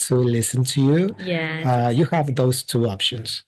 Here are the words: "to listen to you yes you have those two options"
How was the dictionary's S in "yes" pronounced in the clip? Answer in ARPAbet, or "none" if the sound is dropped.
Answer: none